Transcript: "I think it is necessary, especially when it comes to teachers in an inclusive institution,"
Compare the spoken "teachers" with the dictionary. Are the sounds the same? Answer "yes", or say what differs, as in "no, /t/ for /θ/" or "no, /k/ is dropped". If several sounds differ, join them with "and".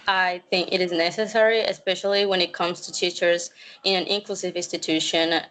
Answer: yes